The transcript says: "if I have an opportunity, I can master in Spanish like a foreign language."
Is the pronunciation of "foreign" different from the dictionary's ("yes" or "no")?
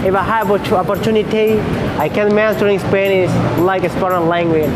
yes